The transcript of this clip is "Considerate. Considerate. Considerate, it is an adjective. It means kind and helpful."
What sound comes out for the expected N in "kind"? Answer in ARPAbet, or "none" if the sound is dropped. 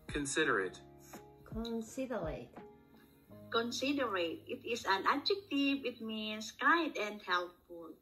none